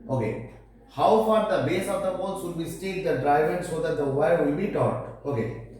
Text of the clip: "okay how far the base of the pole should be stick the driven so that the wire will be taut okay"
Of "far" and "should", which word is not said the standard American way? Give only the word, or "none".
should